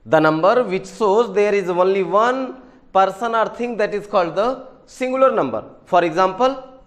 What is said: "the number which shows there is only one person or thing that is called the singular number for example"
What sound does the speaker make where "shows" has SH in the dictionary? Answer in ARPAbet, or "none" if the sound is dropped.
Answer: S